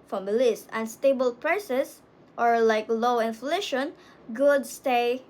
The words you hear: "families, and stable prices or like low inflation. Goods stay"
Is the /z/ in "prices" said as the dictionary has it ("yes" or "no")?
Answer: no